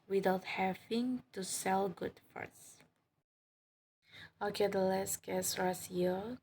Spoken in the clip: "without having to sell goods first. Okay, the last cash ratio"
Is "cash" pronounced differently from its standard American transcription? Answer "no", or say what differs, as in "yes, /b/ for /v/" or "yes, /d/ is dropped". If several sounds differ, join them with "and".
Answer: yes, /s/ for /ʃ/